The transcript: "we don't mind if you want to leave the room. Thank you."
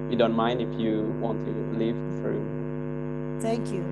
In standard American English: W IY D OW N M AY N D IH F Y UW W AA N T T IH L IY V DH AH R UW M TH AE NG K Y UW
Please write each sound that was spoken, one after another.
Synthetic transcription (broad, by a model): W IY D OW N M AY N D IH F Y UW W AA N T T IH L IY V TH R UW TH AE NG K Y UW